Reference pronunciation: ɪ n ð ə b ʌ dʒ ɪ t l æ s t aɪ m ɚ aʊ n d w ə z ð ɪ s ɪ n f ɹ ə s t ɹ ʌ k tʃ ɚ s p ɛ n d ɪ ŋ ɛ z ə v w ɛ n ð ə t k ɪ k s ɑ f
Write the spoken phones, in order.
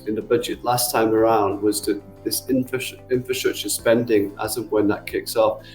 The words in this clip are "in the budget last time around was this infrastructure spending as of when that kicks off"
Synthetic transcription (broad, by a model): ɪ n ð ə b ʌ dʒ ɪ t l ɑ s t aɪ m ɚ aʊ n d w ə z ð ɪ s ɪ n f ɹ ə s t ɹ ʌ k tʃ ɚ s p ɛ n d ɪ ŋ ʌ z ə v w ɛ n ð ə t k ɪ k s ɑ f